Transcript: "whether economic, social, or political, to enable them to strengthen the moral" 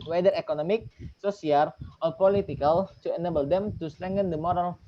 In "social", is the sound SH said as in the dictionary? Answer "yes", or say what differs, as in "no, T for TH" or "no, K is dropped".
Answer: no, S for SH